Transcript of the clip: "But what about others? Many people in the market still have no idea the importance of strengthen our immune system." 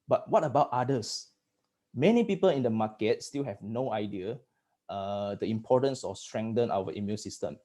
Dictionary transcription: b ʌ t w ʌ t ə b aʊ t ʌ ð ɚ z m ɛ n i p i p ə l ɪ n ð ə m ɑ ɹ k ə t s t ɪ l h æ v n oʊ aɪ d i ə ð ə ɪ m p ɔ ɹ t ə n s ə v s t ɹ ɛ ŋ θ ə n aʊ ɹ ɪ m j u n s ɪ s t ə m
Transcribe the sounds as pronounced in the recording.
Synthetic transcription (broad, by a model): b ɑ t w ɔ t ə b aʊ t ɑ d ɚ s m ɛ n i p i p ə l ɪ n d ə m ɑ k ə t s t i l h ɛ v n oʊ aɪ d i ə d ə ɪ m p ɔ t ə n s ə f s t ɹ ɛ ŋ t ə n aʊ w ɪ m j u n s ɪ s t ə m